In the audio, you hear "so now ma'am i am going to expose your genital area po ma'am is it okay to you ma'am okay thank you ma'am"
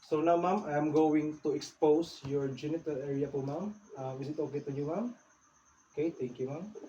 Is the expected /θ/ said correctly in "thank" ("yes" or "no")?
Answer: no